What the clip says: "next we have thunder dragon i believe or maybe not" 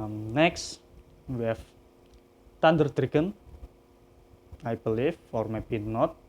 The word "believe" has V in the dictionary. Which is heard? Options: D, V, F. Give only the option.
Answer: F